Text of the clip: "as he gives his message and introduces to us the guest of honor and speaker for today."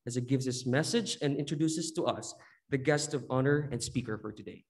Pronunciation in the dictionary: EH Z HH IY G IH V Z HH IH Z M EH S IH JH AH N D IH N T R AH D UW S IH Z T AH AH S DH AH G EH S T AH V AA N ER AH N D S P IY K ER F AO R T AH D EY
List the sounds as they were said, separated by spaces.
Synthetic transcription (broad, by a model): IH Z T G IH V Z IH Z M EH S IH JH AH N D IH N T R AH D UW S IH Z T AH AH S DH AH G EH S T AH V AA N ER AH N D S P IY K ER F AO R T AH D EY